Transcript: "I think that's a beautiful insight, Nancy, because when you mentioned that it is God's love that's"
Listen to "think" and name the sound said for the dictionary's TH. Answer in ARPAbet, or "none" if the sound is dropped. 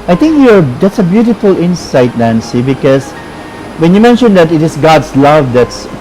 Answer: T